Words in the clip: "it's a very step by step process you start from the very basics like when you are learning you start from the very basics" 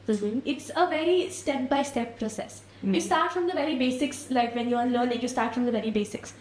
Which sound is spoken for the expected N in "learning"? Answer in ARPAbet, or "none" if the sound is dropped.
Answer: L